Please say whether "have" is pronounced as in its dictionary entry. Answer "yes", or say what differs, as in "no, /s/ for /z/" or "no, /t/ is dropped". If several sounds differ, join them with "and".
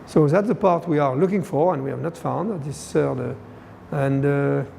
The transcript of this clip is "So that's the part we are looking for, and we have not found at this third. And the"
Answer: yes